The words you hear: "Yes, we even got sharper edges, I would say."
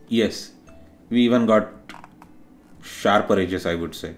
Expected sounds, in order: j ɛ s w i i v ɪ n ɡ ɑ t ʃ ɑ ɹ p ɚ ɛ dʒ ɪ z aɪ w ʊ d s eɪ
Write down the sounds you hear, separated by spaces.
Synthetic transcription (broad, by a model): j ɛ s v i i v ɪ n ɡ ɑ t ʃ ɑ ɹ p ɚ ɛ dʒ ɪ s aɪ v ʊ d s eɪ